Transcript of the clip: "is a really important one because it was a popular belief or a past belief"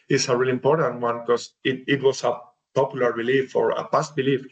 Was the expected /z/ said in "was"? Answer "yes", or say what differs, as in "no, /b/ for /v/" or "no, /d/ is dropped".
no, /s/ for /z/